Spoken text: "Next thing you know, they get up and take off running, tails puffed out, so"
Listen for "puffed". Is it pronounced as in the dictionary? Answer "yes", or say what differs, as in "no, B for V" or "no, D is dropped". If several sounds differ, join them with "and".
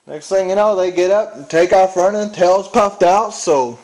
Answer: yes